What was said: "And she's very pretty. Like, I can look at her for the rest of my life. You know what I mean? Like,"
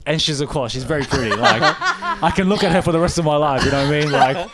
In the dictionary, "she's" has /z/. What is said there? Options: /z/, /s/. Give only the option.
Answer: /z/